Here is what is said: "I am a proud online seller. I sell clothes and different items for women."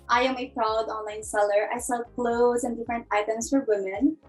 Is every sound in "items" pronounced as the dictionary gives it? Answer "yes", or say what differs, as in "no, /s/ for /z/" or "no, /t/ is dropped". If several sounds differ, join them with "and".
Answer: no, /s/ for /z/